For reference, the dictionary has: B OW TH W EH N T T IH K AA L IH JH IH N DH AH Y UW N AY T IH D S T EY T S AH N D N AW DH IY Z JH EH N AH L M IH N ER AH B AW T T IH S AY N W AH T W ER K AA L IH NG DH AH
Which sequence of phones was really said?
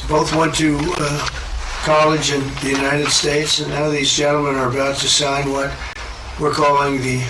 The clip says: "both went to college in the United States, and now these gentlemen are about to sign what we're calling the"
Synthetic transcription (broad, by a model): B OW TH W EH N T T IH K AA L IH JH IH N DH AH Y UW N AY T IH D S T EY T S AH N N AW DH IY Z JH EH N L M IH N ER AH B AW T T IH S AY N W AH T W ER K AA L IH NG DH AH